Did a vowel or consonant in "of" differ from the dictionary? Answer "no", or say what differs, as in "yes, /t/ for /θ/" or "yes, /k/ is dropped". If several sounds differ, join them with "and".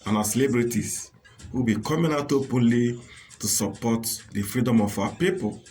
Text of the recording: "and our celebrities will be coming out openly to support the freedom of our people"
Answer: yes, /f/ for /v/